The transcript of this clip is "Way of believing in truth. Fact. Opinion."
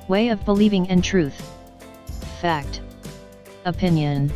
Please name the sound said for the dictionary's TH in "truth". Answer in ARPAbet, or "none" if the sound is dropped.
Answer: TH